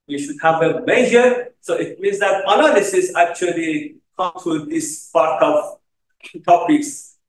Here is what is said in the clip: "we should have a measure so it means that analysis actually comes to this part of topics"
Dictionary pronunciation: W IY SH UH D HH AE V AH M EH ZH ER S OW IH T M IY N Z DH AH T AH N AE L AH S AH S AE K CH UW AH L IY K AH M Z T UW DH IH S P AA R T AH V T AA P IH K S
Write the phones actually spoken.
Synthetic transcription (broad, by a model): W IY SH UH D HH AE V AH M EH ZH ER S OW IH T M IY N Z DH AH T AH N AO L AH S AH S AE K CH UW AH L IY K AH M T UW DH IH S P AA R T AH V T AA P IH K S